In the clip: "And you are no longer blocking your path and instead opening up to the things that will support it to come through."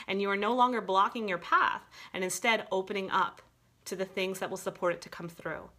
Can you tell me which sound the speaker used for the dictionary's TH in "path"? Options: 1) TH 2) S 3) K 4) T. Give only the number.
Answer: 1